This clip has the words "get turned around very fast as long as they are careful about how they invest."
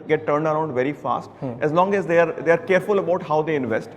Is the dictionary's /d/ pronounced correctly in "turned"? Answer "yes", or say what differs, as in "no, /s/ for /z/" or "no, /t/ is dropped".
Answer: yes